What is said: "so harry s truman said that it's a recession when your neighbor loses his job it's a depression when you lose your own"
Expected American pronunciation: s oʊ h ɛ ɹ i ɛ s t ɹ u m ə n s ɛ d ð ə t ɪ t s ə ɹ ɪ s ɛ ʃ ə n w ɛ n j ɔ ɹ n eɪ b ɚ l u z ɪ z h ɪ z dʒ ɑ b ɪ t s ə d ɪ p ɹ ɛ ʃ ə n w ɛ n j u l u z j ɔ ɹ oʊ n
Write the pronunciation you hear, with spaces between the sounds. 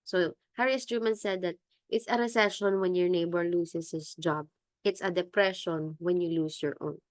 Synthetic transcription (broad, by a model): s oʊ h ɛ ɹ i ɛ s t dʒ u m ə n s ɛ d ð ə t ɪ t s ə ɹ ɪ s ɛ ʃ ə n w ɛ n j ɔ ɹ n eɪ b ɚ l u s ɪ s h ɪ s dʒ ɑ b ɪ t s ə d ɪ p ɹ ɛ ʃ ə n w ɛ n j u l u s j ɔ ɹ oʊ n